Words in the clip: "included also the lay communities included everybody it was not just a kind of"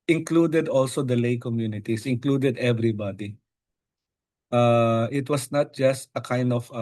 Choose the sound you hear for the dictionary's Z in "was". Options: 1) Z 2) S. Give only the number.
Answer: 2